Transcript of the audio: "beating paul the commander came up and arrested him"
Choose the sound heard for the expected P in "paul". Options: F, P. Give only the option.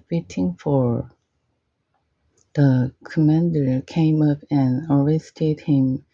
F